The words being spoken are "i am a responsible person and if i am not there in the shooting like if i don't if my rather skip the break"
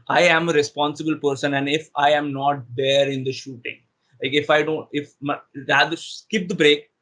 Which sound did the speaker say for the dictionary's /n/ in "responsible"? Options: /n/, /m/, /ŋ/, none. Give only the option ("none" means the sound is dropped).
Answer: /n/